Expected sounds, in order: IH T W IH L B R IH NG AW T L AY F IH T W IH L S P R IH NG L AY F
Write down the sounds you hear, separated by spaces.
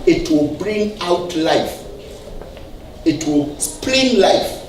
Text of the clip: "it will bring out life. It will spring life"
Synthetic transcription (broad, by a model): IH T W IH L B R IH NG AW T L AY F IH T W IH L S P L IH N L AY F